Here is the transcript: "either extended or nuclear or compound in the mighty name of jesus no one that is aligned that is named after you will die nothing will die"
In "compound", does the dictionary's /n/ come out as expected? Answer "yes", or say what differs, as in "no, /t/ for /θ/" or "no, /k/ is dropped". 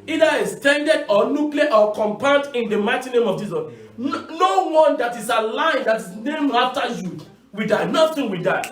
no, /n/ is dropped